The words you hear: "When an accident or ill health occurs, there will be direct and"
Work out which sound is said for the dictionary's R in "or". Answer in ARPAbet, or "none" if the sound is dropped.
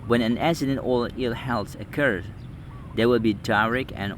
L